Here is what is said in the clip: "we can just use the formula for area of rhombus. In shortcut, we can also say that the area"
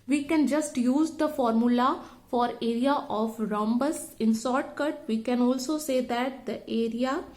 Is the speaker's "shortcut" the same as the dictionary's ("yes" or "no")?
no